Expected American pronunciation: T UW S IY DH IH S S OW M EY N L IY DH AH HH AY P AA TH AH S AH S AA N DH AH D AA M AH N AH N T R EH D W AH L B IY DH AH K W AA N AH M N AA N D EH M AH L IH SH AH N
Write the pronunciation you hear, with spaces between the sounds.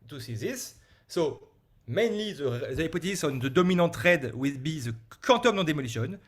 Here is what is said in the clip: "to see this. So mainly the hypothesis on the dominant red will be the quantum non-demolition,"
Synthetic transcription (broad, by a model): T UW S IY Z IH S S OW M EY N L IY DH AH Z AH AA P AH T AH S AA N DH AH D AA M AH N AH T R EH D W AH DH B IY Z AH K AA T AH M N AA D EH M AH L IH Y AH N